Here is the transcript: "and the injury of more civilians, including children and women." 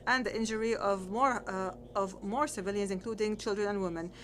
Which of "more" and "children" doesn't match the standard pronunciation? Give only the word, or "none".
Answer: none